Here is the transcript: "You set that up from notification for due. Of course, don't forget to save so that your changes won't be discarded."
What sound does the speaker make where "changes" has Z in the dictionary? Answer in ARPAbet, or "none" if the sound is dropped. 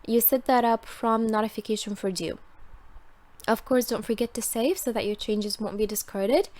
Z